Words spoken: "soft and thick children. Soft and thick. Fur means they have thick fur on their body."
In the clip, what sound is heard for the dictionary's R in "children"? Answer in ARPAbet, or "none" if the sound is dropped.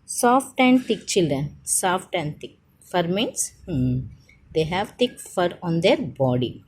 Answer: R